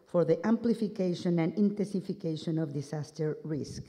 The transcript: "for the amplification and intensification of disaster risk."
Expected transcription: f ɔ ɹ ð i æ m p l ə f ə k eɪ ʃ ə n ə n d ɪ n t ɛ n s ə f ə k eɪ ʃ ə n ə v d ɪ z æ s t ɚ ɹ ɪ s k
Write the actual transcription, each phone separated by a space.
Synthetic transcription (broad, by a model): f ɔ ɹ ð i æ m p l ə f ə k eɪ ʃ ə n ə n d ɪ n t ɛ n s ə f ə k eɪ ʃ ə n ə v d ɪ s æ s t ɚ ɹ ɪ s k